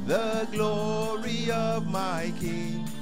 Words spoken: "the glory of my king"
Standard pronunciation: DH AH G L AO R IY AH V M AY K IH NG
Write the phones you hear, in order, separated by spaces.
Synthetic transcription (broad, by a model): DH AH G L AO R IY AH V M AY K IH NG